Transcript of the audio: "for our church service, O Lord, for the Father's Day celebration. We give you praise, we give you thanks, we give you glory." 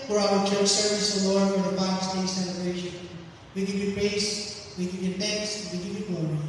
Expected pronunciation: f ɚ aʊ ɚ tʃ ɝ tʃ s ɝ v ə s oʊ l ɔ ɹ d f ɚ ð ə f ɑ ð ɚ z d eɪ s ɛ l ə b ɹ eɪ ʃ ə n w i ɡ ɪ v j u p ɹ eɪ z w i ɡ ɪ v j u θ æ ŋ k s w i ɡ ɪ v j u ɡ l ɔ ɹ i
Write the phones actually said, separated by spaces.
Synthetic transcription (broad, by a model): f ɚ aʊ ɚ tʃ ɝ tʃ s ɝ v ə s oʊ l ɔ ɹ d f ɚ ð ə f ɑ ɪ s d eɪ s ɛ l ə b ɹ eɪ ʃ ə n w i ɡ ɪ v j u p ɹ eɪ s w i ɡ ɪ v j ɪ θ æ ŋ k s w i ɡ ɪ v j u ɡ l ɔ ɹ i